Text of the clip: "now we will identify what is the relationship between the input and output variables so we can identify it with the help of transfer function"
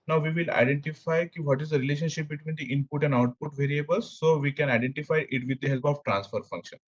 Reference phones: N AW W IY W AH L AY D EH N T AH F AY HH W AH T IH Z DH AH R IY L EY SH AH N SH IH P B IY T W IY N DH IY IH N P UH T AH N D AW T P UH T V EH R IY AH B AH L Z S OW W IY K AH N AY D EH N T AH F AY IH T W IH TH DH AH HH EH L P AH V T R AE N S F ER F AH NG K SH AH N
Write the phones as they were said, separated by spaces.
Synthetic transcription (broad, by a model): N AW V IY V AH L AY D EH N T AH F AY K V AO T IH Z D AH R IY L EY SH AH N SH IH P B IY T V IY N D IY IH N P UH T AH N D AW T P UH T V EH R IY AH B AH L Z S OW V IY K AH N AY D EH N T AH F AY IH T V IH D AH HH EH L P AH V T R AE N S F ER F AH NG K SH AH N